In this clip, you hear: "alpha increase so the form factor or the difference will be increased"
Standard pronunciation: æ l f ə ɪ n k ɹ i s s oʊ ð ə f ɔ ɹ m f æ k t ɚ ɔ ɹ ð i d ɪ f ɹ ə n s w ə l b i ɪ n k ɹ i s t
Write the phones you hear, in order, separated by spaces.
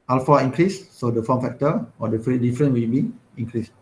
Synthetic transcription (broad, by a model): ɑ l f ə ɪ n k ɹ i s s oʊ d ə f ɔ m f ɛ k t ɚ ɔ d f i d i f ɹ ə n w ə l b i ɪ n k ɹ i s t